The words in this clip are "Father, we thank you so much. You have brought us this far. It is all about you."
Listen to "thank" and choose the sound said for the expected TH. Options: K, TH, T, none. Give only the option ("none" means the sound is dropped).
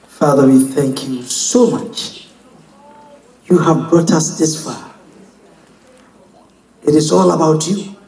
TH